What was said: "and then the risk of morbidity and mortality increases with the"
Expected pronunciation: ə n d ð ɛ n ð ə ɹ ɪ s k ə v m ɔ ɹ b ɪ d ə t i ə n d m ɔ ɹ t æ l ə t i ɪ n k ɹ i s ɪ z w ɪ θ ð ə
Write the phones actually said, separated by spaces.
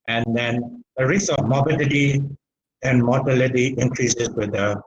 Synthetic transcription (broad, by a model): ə n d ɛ n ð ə ɹ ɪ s ə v m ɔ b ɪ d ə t i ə n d m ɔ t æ l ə t i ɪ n k ɹ i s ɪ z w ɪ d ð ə